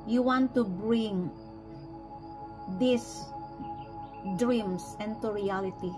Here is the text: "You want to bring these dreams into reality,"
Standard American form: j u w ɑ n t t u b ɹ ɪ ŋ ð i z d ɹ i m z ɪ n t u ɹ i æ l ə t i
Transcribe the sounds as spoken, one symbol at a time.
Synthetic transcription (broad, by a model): j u w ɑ n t t u b ɹ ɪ ŋ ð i s d ɹ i m s ɪ n t u ɹ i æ l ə t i